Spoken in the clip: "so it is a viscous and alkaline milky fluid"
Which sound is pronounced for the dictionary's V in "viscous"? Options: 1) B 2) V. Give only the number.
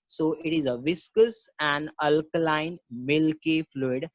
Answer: 2